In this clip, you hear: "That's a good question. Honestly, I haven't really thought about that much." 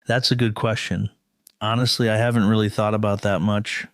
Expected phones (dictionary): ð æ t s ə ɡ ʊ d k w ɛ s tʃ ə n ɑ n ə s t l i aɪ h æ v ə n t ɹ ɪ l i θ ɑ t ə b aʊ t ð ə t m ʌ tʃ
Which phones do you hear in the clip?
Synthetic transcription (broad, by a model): ð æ t s ə ɡ ʊ d k w ɛ s tʃ ə n ɑ n ə s t l i aɪ h æ v ə n t ɹ ɪ l i θ ɑ t ə b aʊ t ð ə t m ʌ tʃ